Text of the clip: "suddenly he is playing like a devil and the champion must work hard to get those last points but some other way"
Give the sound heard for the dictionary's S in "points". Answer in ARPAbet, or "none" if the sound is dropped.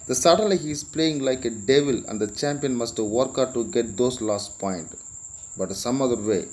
none